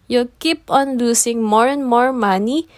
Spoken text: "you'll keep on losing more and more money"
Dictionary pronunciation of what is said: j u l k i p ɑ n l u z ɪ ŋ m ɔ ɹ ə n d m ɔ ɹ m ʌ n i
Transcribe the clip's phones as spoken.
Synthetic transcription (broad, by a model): j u k i p ɑ n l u s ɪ ŋ m ɔ ɹ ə n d m ɔ ɹ m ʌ n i